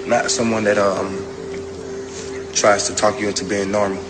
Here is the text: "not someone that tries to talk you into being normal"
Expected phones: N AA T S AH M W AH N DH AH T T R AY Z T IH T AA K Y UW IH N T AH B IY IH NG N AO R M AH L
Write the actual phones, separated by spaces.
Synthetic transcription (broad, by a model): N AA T S AH M W AH N DH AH T T R AY Z T IH T AA K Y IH T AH B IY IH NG N AO R M L